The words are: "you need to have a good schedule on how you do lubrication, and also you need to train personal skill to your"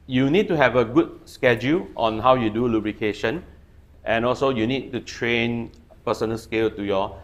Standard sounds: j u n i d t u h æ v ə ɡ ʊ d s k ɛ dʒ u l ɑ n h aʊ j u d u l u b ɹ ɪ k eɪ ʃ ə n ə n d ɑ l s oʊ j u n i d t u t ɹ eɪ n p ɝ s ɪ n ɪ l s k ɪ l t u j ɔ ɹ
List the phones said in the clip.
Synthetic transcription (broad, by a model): j u n i d t u h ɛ v ə ɡ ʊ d s k ɛ dʒ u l ɑ n h aʊ j u d u l u b ɹ ɪ k eɪ ʃ ə n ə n ɑ l s oʊ j u n i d t u t ɹ eɪ n p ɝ s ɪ n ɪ l s k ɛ l t u j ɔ